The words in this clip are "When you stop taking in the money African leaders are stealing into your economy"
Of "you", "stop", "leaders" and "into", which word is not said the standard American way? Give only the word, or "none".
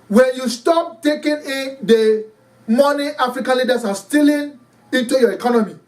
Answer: leaders